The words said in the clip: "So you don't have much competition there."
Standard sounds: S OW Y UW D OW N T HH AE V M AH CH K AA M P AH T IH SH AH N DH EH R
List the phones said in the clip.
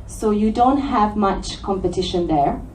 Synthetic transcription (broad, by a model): S OW Y UW D OW N T HH AE V M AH CH K AA M P AH T IH SH AH N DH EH R